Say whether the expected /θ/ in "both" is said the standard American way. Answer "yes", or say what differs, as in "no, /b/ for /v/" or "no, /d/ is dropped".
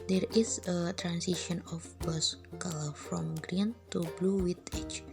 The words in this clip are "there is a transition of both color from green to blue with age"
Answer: no, /s/ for /θ/